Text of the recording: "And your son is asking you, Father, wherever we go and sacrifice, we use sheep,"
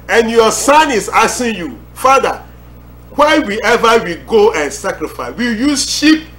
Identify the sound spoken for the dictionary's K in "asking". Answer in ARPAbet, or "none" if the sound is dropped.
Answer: none